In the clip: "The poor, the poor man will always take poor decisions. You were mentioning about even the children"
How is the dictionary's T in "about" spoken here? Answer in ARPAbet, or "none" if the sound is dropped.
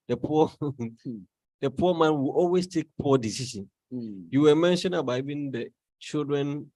none